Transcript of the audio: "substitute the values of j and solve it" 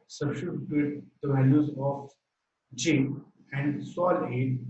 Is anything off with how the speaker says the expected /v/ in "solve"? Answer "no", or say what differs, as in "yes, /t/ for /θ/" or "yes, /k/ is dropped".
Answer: yes, /v/ is dropped